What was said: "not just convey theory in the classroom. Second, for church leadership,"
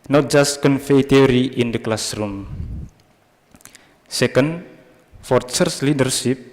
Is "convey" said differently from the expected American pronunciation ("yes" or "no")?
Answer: yes